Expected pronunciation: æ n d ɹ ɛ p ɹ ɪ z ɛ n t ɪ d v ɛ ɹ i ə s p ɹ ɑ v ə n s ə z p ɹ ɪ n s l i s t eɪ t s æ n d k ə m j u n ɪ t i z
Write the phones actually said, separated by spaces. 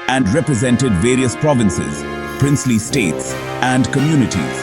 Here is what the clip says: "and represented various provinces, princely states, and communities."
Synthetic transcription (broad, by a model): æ n d ɹ ɛ p ɹ ɪ z ɛ n t ɪ d v ɛ ɹ i ə s p ɹ ɑ v ə n s ə z p ɹ ɪ n s l i s t eɪ t s æ n d k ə m j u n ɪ t i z